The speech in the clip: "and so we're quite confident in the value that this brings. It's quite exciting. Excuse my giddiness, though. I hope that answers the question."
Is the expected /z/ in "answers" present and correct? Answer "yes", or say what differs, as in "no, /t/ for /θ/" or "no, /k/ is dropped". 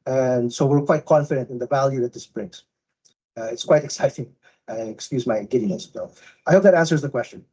yes